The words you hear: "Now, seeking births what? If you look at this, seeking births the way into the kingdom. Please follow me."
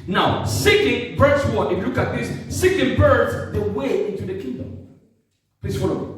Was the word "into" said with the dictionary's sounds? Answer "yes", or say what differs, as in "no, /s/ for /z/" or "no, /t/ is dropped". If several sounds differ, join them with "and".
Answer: yes